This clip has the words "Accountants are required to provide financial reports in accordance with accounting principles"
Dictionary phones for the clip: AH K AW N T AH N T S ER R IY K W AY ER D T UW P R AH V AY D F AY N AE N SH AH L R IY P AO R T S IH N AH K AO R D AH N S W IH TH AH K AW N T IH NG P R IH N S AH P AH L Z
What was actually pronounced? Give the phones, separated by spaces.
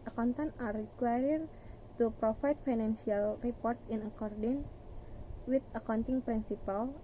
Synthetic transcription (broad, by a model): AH K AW N T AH N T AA R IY K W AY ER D T UW P R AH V AY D F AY N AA N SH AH L R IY P AO R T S IH N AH K AO R D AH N W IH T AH K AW N T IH NG P R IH N S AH P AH L